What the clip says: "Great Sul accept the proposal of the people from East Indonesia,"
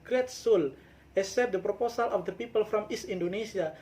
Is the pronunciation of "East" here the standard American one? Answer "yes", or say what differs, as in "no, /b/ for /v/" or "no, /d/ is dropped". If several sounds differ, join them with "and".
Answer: no, /t/ is dropped